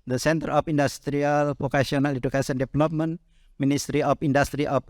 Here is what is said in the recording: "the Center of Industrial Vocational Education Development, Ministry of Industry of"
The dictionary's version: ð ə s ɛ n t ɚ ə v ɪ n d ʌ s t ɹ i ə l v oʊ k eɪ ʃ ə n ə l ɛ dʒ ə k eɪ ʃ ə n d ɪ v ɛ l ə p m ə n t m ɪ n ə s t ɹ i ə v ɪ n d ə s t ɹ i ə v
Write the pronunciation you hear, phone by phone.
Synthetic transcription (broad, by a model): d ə s ɛ n t ɚ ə f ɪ n d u s t ɹ i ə l p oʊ k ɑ s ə n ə l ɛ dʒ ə k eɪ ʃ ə n d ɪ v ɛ l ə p m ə n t m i n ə s t ɹ i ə f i n d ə s t ɹ i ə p